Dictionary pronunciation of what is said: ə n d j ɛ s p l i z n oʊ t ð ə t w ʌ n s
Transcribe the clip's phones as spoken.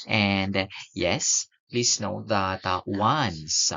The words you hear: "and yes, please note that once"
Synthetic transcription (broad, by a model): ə n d j ɛ s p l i s n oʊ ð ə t w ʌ n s